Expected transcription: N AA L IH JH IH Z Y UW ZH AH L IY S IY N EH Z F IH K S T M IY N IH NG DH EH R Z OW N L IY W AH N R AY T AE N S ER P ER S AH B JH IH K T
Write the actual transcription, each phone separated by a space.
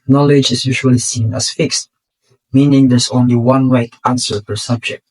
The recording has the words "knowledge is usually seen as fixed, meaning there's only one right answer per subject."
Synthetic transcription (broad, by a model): N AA L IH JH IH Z Y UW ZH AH L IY S IY N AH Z F IH K S T M IY N IH NG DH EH R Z OW N L IY W AH N R AY T AE N S ER F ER S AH B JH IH K T